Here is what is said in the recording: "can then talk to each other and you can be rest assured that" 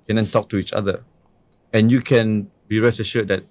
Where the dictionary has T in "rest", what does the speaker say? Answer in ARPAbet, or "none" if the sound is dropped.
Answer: none